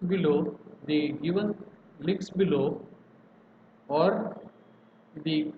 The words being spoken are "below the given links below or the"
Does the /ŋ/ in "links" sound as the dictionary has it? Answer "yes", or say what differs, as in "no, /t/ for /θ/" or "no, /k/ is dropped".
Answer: no, /ŋ/ is dropped